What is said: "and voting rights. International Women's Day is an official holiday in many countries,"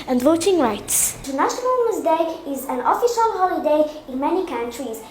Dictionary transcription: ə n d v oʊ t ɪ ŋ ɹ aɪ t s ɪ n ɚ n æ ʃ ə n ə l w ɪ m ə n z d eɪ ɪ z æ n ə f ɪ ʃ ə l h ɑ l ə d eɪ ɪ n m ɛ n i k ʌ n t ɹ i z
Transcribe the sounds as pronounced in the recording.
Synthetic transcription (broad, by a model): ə n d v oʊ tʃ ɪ ŋ ɹ aɪ t s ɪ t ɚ n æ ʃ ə n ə l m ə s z d eɪ ɪ z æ n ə f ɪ ʃ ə l h ɑ l ə d eɪ ɪ n m ɛ n i k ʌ n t ɹ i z